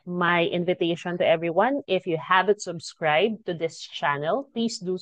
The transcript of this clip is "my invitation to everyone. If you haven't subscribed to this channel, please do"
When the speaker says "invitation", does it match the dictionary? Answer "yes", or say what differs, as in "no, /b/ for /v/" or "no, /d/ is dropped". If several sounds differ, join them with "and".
yes